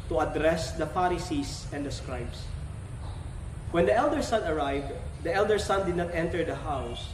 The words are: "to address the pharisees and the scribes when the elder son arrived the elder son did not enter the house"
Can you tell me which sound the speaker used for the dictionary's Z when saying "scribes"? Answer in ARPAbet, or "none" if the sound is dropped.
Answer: S